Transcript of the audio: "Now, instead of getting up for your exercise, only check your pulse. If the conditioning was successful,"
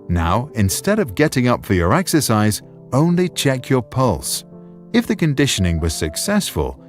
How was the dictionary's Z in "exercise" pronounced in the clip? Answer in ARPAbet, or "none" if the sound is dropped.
Z